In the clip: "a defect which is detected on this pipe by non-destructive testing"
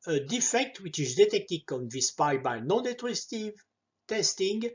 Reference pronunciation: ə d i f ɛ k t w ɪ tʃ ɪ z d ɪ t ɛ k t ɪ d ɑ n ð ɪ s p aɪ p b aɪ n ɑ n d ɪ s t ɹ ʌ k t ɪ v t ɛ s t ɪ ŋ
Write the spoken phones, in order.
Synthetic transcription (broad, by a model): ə d i f ɛ k t w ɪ tʃ ɪ z d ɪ t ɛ k t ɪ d ɑ n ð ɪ s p aɪ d b aɪ n ɑ n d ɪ t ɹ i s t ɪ v t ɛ s t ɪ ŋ